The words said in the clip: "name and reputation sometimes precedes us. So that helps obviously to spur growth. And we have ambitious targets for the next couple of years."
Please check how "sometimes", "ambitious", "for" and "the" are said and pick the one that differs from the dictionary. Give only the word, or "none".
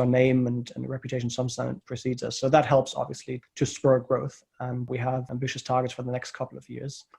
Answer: sometimes